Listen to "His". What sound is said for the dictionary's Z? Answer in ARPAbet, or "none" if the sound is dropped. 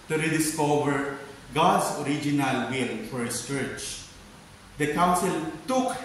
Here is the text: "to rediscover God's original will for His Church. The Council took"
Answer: S